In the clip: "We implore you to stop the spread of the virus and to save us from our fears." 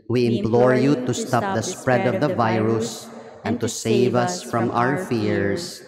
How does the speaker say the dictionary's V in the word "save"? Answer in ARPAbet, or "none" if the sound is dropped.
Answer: V